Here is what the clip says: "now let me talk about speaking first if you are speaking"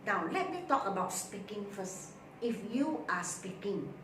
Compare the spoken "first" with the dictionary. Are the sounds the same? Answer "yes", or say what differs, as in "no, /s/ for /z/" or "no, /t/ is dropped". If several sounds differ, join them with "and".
no, /t/ is dropped